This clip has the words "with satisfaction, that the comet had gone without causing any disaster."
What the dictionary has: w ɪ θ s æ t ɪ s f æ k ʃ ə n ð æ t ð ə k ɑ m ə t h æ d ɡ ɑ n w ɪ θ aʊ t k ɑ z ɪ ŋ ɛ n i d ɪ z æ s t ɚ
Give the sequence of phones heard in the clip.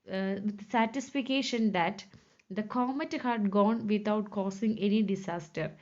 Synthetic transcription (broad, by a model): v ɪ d s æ t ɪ s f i k ʃ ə n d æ t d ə k ɑ m ə t h æ d ɡ ɑ n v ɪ t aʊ t k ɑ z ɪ ŋ ɛ n i d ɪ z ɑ s t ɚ